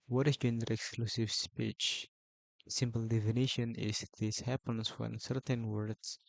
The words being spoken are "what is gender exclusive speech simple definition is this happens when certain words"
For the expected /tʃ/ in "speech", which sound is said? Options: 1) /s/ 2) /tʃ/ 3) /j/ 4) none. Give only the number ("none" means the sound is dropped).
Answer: 2